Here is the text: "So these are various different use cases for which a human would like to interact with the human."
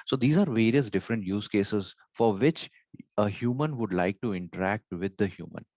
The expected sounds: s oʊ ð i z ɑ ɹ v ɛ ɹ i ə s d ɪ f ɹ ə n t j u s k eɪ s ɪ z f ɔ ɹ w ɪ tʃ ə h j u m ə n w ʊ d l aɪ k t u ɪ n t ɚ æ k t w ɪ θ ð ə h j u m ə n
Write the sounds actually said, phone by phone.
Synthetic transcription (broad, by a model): s oʊ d i z ɑ ɹ v ɛ ɹ i ə s d ɪ f ɹ ə n t j u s k eɪ s ɪ z f ɔ ɹ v ɪ tʃ ə h j u m ə n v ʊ d l aɪ k t u ɪ n t ɚ æ k t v ɪ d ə h j u m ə n